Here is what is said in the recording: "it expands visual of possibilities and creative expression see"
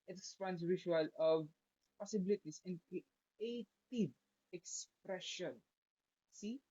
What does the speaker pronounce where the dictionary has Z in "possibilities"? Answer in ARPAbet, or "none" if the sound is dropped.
S